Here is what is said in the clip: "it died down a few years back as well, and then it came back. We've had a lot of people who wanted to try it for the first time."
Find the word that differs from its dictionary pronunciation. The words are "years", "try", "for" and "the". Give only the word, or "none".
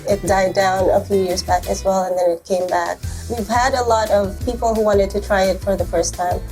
none